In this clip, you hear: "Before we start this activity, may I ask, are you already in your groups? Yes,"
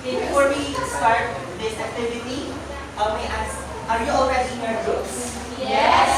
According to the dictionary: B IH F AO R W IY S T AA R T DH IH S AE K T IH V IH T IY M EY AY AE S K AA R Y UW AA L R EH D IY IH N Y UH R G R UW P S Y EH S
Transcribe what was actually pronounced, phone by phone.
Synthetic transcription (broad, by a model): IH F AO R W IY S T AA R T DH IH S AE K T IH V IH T IY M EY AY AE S AA R Y UW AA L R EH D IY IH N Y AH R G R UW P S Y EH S